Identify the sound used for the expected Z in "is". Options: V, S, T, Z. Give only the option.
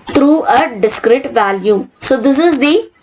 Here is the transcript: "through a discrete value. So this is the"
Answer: Z